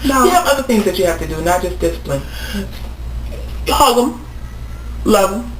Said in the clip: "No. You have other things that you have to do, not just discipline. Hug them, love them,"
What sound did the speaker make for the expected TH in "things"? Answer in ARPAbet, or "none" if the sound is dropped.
TH